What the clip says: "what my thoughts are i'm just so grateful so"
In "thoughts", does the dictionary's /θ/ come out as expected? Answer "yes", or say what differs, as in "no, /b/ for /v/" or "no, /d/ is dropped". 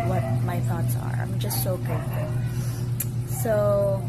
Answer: yes